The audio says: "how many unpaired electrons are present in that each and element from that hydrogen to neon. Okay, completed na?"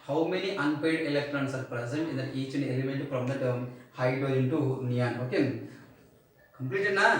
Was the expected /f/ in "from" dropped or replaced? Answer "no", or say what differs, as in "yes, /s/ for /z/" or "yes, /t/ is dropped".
yes, /p/ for /f/